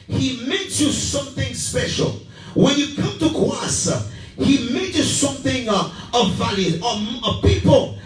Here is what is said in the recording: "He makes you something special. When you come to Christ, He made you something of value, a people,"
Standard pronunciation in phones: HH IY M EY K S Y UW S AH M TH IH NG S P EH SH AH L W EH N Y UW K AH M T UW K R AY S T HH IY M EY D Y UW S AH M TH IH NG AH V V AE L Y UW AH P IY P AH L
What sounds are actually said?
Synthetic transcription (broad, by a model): HH IY M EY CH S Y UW S AH M TH IH NG S P EH SH AH L W EH N Y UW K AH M T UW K AY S HH IY M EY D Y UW S AH M TH IH NG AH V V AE L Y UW AH P IY P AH L